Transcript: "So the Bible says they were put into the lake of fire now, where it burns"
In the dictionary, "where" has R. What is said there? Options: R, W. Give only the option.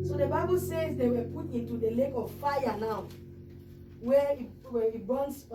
W